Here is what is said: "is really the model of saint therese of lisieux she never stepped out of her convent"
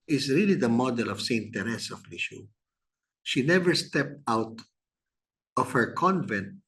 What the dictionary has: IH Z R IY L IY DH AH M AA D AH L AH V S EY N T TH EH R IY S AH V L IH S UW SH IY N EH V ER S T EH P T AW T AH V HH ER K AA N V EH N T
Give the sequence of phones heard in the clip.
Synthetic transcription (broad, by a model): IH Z R IY L IY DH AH M AA D AH L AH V S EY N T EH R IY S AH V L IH SH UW SH IY N EH V ER S T EH P T AW T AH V HH ER K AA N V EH N T